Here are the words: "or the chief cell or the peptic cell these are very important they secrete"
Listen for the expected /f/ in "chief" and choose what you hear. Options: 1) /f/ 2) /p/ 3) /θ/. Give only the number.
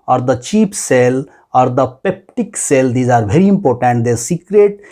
2